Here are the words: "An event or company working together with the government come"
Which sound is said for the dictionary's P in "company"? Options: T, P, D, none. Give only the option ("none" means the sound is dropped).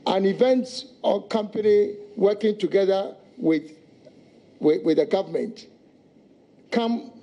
P